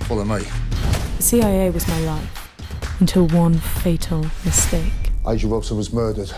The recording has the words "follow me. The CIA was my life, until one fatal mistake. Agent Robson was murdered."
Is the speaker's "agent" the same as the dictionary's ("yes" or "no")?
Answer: no